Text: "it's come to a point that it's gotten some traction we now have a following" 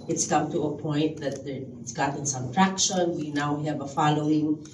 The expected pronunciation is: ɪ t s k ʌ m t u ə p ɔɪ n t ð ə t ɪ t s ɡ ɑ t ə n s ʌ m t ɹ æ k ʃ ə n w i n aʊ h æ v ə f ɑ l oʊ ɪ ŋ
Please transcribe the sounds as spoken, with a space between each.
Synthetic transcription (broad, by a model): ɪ t s k ʌ m t u ə p ɔɪ n t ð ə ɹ ɪ t s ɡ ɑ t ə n s ʌ m t ɹ æ k ʃ ə n w i n aʊ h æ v ə f ɑ l oʊ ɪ ŋ